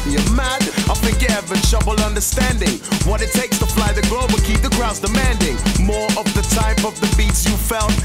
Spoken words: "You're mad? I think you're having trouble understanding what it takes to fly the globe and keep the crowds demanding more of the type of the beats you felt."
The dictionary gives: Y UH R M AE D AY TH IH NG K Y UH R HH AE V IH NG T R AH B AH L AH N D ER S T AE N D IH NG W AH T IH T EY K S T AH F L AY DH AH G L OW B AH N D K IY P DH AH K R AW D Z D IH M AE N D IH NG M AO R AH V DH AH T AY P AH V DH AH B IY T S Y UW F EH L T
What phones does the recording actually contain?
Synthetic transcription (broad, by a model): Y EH M AE D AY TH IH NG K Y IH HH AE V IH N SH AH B L AH N D ER S T AE N D IH NG W AH T IH T EY K S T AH F L AY DH AH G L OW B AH K IY P DH AH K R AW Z D IH M AE N D IH NG M AO R AH V DH AH T AY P AH V DH AH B IY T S Y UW F EH L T